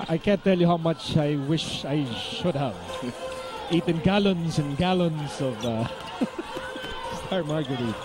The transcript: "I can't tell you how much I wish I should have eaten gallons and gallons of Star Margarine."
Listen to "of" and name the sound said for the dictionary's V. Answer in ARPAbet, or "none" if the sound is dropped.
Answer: V